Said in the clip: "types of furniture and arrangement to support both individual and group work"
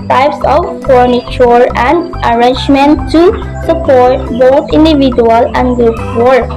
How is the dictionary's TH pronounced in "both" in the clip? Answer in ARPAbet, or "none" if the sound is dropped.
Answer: T